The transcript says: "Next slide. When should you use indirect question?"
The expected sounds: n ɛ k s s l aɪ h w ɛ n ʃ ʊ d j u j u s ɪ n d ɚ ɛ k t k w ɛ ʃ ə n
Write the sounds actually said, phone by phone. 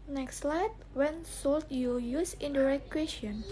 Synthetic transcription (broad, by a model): n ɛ k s s l aɪ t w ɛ n s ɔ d j u j u s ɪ n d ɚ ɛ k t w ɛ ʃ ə n